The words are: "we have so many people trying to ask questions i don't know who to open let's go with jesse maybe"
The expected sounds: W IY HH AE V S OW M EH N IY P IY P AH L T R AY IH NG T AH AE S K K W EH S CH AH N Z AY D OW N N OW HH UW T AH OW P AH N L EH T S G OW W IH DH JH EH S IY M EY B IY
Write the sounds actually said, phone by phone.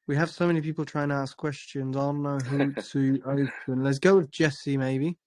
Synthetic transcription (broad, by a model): W IY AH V S OW M EH N IY P IY P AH L T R AY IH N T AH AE S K K W EH S CH AH N Z AY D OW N N OW HH UW T AH OW P AH N L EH T S G OW W IH DH JH EH S IY M EY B IY